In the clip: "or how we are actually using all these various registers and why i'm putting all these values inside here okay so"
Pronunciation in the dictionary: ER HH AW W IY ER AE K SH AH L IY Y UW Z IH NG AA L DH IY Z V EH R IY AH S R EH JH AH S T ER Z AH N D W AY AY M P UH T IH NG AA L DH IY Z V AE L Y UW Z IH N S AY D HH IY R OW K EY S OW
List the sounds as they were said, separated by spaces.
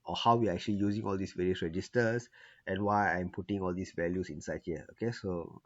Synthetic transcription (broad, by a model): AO HH AW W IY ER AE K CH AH L IY Y UW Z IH NG AA L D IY S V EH L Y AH S R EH JH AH S T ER S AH N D W AY AY M P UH T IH NG AA L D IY S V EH L Y UW S IH N S AY D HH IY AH OW K EY S OW